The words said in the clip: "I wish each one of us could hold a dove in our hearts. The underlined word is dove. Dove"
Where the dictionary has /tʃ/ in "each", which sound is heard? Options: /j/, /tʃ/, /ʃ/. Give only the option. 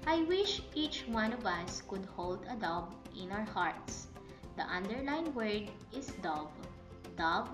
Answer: /tʃ/